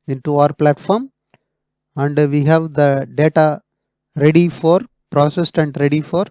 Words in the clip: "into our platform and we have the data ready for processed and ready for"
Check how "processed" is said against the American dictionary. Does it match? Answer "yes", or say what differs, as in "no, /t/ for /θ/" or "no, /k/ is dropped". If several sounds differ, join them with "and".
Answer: yes